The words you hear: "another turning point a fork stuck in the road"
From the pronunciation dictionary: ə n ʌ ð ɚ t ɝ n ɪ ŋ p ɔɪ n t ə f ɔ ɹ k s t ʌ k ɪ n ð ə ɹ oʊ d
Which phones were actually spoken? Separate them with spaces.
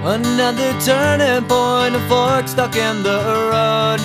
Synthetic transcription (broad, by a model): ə n ʌ ð ɚ t ɝ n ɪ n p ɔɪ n ə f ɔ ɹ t s t ʌ k ɪ n ð ə ɹ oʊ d